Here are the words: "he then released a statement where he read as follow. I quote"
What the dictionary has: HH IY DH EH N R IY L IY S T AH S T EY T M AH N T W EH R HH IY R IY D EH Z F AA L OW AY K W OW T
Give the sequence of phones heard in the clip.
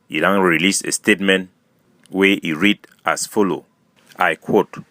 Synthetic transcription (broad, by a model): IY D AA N R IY L IY S AH S T EY T M AH N T W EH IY R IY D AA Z F AA L OW AY K W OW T